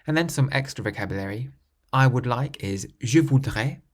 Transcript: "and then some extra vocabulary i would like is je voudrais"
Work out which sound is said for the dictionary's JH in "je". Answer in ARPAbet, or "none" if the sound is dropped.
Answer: ZH